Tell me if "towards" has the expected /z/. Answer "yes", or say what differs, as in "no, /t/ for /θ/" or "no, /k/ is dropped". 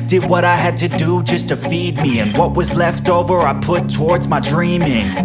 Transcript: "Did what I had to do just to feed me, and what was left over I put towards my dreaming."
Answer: yes